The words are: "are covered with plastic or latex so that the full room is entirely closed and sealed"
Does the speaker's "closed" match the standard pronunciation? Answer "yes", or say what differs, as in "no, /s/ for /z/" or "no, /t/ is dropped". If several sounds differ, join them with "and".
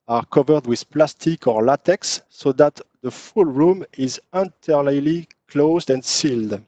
yes